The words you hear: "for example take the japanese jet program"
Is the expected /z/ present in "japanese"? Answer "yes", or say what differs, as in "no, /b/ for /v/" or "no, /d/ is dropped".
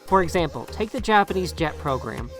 yes